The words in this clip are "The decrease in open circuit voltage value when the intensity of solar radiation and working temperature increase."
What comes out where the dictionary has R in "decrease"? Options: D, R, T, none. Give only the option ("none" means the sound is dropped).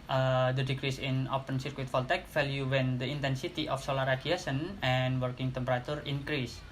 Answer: R